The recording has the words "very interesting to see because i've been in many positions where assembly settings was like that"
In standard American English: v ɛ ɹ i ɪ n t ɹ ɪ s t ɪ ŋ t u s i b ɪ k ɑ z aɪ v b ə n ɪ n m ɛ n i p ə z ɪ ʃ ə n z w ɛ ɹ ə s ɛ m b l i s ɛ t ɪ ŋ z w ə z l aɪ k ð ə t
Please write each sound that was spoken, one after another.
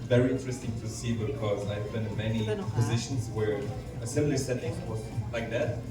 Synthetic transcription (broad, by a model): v ɛ ɹ i ɪ n t ɹ ɪ s t ɪ ŋ t u s i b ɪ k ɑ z aɪ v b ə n ɪ n m ɛ n i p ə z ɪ ʃ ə n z w ɛ ɹ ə s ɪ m l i s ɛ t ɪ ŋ w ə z l aɪ k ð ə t